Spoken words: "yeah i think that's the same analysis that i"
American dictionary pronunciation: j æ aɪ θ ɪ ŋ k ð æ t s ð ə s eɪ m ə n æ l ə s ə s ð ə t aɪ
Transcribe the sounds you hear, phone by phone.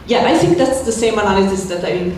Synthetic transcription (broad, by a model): j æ aɪ θ ɪ ŋ k ð æ t s ð ə s eɪ m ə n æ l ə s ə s ð ə t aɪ